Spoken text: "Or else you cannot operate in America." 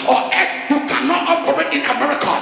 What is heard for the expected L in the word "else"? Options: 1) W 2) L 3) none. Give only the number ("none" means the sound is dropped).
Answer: 3